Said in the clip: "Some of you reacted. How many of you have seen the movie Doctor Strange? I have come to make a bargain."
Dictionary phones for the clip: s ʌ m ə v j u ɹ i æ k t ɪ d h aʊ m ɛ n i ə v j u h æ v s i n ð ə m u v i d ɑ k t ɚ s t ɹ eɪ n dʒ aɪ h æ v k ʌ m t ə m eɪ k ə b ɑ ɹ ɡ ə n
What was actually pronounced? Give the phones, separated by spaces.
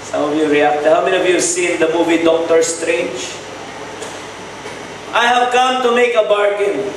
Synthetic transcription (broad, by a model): s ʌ m ə v j u ɹ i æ k t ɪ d h aʊ m ɛ n i ə v j u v s i n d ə m u v i d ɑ k t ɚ s t ɹ eɪ n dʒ aɪ h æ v k ʌ m t ə m eɪ k ə b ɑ ɹ ɡ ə n